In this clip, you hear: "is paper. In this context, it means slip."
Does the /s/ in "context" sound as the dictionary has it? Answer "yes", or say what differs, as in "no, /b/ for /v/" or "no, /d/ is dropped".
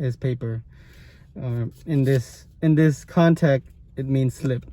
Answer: no, /s/ is dropped